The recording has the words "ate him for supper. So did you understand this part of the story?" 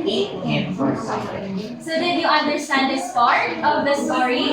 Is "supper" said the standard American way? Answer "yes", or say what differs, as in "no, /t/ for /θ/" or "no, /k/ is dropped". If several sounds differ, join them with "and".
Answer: no, /f/ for /p/